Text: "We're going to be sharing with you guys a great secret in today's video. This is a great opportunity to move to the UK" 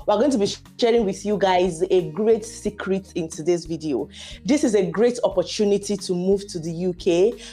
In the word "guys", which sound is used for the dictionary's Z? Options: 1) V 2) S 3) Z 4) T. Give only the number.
3